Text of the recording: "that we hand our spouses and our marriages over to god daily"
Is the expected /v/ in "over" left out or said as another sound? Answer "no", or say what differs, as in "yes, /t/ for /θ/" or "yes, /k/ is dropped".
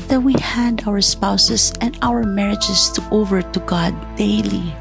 no